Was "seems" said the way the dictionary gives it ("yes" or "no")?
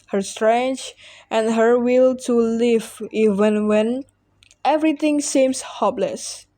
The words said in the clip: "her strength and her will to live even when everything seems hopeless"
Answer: no